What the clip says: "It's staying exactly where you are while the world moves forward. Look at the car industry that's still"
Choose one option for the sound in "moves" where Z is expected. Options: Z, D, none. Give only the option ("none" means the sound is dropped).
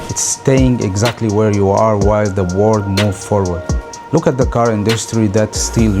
none